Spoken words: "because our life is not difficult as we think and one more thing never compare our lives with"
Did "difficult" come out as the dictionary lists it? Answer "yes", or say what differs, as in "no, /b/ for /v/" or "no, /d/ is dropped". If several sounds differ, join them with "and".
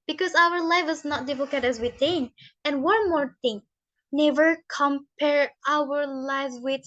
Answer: no, /l/ is dropped